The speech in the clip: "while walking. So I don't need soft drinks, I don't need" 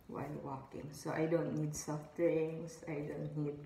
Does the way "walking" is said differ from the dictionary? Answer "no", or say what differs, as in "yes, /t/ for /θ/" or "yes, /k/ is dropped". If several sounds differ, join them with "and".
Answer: no